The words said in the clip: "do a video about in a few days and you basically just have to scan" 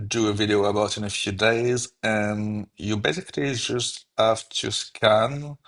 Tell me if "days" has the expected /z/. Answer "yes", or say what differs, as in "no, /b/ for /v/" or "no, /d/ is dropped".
yes